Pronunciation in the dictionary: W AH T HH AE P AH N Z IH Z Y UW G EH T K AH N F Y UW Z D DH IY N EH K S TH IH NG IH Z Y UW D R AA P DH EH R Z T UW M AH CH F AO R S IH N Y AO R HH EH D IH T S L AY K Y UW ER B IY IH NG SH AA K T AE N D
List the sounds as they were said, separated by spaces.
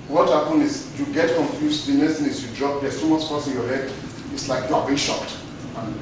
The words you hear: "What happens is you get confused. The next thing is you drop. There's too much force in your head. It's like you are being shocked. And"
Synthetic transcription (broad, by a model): W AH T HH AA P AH N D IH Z Y UW G EH T K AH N F Y UW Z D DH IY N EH S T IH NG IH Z Y UW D R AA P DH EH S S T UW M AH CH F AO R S IH N Y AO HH EH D IH T S L AY K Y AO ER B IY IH SH AA K T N